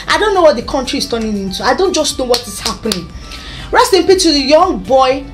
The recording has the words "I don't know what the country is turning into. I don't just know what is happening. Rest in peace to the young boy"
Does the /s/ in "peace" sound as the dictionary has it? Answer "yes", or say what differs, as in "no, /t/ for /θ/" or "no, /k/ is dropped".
no, /s/ is dropped